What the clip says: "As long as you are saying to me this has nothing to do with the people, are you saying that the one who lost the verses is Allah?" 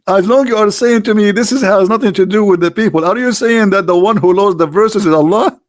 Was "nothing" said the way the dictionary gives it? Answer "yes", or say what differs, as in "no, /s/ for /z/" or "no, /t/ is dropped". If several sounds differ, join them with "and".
yes